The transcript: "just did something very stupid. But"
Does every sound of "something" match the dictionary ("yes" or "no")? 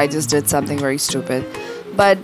yes